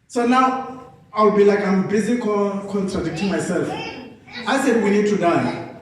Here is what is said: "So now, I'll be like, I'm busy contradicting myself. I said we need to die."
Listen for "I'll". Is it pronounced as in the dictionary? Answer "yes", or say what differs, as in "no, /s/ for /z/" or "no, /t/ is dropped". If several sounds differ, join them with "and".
no, /w/ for /l/